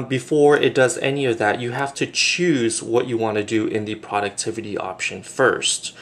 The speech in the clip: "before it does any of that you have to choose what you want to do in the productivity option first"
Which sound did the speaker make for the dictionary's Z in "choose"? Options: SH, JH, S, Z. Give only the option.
Z